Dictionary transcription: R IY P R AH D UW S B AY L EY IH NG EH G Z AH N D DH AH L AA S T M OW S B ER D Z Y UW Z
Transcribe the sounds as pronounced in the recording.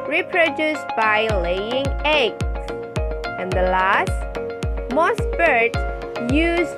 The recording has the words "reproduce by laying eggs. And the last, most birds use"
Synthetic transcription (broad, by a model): R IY P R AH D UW S B AY L EY IH NG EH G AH N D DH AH L AA S T M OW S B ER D Y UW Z